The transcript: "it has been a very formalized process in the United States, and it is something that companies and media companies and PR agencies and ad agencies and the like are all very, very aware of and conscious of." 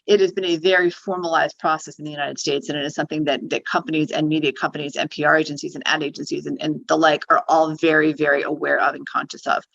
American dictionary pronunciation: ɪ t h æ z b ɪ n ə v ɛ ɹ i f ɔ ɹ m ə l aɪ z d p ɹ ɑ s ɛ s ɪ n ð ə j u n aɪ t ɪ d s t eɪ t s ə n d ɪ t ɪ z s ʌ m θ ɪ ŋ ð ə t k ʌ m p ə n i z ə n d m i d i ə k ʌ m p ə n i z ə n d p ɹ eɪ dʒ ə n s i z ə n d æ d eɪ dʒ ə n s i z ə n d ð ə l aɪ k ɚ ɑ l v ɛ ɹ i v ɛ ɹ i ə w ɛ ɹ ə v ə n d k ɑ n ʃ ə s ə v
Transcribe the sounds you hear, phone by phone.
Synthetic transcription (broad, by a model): ɪ t h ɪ z b ɪ n ə v ɛ ɹ i f ɔ ɹ m ə l aɪ z d p ɹ ɑ s ɛ s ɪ n ð ə j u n aɪ t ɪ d s t eɪ t s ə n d ɪ t ɪ z s ʌ m θ ɪ ŋ ð ə t k ʌ m p ə n i z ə n m i d i ə k ʌ m p ə n i z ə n p ɹ eɪ dʒ ə n s i z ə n æ d eɪ dʒ ə n s i z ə n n ð ə l aɪ k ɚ ɑ l v ɛ ɹ i v ɛ ɹ i ə w ɛ ɹ ə v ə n k ɑ n ʃ ə s ə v